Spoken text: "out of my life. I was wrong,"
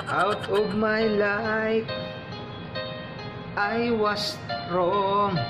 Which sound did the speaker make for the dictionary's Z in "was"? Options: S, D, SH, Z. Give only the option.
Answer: S